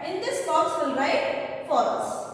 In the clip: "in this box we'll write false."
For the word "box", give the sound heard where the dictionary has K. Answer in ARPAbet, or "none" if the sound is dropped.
none